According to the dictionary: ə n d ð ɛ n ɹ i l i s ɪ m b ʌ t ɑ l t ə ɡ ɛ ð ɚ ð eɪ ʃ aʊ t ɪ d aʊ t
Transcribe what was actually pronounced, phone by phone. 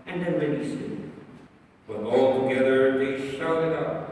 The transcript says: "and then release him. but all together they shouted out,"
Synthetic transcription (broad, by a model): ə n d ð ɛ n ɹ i n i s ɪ b ʌ t ɑ l t ə ɡ ɛ ð ɚ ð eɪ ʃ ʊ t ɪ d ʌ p